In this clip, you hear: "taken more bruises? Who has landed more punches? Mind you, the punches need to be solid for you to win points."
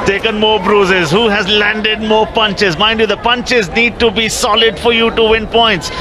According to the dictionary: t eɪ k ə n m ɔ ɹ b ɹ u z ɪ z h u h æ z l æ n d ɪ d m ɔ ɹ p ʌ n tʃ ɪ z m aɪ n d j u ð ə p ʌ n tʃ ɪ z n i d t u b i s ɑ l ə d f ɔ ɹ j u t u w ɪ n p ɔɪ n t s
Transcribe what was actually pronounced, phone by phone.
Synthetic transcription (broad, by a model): t eɪ k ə n m ɔ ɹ b ɹ u z ɪ z h u h æ z l æ n d ɪ d m ɔ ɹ p ʌ n tʃ ɪ z m aɪ n d j u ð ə p ʌ n tʃ ɪ z n i d t u b i s ɑ l ə d f ɔ ɹ j u t u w ɪ n p ɔɪ n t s